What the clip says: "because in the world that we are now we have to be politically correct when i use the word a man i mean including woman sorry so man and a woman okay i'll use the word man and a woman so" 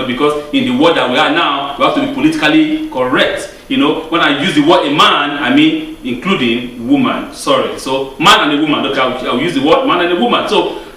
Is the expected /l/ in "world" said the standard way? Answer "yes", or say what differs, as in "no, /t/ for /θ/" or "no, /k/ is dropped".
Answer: no, /l/ is dropped